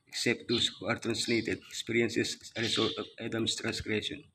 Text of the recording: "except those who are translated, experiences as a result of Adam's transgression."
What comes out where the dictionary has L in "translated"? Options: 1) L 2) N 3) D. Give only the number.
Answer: 1